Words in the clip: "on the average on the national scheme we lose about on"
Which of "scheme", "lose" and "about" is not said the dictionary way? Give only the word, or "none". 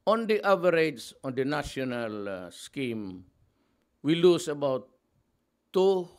lose